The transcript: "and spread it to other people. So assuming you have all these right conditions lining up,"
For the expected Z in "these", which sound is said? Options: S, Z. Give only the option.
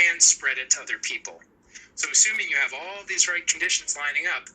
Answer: Z